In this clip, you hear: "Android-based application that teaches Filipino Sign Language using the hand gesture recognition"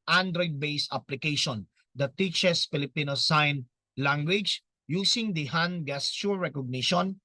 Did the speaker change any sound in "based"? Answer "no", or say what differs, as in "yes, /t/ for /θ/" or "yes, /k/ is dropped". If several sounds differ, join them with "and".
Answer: yes, /t/ is dropped